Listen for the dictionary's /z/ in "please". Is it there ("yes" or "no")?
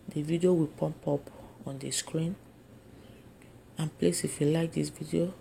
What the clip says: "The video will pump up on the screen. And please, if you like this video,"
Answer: no